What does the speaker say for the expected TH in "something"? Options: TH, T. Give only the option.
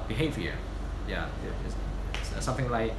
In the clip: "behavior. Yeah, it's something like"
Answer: TH